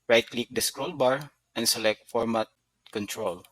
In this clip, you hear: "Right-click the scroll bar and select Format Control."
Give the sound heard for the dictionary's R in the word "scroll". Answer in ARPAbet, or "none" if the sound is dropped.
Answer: R